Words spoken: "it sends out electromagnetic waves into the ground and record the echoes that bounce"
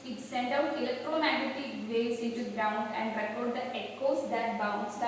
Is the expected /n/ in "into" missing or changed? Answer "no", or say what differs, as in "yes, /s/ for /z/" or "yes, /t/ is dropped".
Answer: no